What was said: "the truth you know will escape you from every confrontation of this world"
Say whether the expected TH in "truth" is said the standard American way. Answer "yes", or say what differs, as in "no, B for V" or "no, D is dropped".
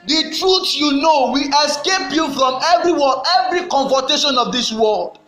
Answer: no, S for TH